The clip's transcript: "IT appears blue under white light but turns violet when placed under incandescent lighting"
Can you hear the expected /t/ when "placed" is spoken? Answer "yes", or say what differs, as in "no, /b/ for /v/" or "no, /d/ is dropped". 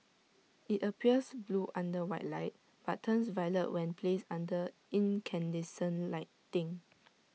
no, /t/ is dropped